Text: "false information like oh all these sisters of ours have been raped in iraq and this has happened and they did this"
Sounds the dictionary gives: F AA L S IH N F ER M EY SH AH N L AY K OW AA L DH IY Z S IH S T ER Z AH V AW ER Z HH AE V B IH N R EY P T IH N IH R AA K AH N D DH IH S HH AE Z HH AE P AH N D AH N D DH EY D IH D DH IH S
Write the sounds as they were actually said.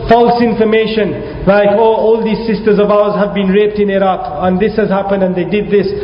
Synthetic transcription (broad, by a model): F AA L S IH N F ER M EY SH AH N L AY K OW AA L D IY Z S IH S T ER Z AH V AW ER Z HH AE V B IH N R EY P T IH N IH R AA K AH N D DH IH S HH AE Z HH AE P AH N D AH N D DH EY D IH D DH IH S